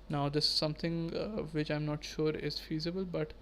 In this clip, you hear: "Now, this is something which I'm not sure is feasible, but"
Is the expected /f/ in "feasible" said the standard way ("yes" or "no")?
yes